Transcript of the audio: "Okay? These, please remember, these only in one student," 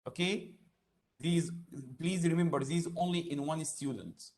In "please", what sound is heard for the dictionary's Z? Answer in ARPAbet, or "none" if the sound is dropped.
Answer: Z